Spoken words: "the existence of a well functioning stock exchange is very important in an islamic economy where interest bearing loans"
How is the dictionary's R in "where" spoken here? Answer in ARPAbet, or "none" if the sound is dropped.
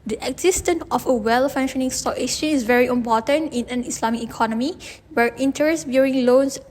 R